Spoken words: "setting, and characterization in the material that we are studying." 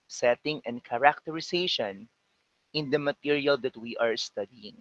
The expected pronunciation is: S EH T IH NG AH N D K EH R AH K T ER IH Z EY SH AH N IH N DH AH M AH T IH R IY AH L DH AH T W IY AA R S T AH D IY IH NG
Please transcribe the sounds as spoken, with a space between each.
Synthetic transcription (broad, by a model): S EH T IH NG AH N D K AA R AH K T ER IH S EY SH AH N IH N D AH M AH T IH R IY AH L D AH T W IY AA R S T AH D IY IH NG